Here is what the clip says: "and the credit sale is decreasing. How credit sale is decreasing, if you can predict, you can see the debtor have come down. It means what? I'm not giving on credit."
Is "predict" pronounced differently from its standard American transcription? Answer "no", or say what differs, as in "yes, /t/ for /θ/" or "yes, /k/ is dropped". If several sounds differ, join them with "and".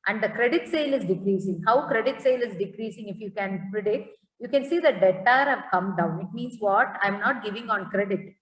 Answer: yes, /k/ is dropped